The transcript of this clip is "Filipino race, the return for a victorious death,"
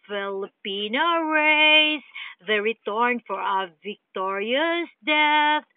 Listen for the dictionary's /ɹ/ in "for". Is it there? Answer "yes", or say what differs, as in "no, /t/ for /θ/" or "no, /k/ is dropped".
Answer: yes